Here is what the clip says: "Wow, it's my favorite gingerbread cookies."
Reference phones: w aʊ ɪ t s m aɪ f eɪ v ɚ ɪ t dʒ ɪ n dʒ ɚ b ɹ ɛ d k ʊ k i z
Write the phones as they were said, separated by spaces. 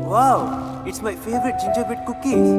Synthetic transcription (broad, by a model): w aʊ ɪ t s m aɪ f eɪ v ɚ ɪ t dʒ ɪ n dʒ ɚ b ɛ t k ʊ k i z